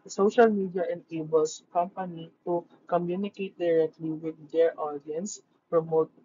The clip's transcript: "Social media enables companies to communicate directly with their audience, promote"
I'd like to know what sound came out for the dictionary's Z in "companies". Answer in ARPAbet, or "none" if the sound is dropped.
none